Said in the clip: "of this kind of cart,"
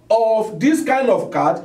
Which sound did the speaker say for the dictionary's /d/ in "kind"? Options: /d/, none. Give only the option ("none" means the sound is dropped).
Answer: /d/